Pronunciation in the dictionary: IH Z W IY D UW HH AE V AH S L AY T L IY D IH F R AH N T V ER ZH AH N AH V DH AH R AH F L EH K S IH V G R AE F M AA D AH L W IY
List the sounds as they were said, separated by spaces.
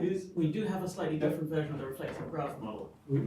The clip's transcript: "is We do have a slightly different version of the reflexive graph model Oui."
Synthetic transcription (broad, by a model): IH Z W IY D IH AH V AH S L AY T L IY D IH F R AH N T V ER ZH AH N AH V DH AH R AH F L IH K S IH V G R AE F M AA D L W